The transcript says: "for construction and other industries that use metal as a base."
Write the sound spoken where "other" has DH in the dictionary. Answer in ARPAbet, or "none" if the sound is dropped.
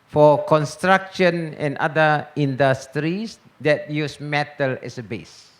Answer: none